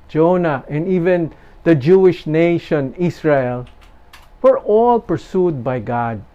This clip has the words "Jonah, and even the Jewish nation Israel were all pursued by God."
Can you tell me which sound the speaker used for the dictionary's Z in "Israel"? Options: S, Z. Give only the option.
S